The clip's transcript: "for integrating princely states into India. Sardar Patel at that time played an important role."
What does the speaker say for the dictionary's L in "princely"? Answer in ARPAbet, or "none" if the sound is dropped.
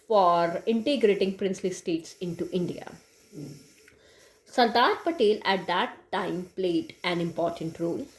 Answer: L